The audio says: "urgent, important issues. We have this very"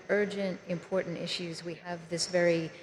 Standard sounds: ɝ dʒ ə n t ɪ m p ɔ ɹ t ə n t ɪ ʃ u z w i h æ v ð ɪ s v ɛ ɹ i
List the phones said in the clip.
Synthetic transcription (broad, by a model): ɝ dʒ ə n t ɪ m p ɔ ɹ t n t ɪ ʃ u z w i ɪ v ð ɪ s v ɛ ɹ i